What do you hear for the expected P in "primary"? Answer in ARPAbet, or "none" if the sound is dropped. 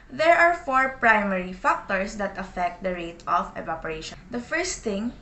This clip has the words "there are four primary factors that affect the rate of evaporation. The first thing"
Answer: P